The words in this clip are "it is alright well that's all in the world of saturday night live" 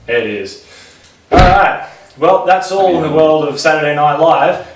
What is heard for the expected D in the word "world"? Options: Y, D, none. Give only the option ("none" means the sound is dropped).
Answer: D